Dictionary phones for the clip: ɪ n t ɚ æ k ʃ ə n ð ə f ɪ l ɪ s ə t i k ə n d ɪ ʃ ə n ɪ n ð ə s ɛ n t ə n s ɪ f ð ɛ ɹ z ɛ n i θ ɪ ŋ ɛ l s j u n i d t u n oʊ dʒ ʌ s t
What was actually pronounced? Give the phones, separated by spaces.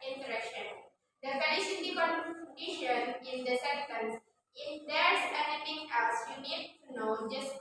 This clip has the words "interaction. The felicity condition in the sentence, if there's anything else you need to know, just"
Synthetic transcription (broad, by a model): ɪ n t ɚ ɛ k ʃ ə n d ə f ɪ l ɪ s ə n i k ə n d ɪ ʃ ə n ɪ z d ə s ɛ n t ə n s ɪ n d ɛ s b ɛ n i f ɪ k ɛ s j u n i d t u n oʊ dʒ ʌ s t